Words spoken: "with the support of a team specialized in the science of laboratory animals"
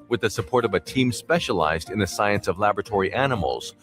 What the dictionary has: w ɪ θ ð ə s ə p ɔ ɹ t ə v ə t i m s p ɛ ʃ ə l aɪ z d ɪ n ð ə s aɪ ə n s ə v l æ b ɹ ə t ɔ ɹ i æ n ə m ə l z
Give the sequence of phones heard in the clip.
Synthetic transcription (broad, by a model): w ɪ ð ə s ə p ɔ ɹ t ə v ə t i m s p ɛ ʃ ə l aɪ z d ɪ n ð ə s aɪ ə n s ə v l æ b ɹ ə t ɔ ɹ i æ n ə m l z